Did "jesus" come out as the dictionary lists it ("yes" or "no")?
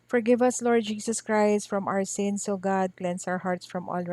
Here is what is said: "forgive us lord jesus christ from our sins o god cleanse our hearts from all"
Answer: no